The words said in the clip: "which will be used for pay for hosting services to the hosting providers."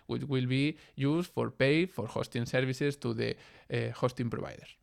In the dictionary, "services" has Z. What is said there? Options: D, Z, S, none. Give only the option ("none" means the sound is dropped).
S